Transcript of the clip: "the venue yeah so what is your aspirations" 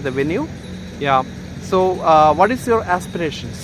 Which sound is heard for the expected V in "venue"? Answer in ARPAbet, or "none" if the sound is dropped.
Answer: V